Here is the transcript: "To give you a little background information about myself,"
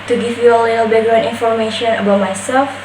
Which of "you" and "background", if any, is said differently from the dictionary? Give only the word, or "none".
background